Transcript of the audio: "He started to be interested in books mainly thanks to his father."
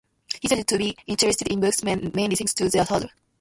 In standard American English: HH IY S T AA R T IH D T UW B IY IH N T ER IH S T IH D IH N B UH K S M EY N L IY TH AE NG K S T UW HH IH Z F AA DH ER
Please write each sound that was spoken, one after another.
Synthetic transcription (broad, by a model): HH IY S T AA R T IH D T UW B IY IH N T ER IH S T IH D IH N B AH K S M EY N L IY T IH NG S T UW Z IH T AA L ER